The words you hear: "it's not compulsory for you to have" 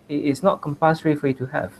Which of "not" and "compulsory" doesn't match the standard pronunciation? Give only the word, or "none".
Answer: compulsory